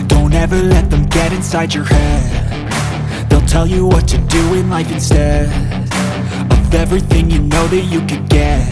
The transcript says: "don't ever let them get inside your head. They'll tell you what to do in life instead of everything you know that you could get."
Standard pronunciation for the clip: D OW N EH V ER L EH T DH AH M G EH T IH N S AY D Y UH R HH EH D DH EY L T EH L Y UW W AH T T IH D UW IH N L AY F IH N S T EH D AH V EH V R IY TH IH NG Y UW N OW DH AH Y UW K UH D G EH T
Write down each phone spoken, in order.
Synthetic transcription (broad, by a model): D OW N EH V ER L EH T DH AH M G EH T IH N S AY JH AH R HH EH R DH EY L T EH L Y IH W AH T T IH D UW IH N L AY F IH N S T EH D AH V EH V R IY TH IH NG Y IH N OW DH AH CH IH K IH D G EH T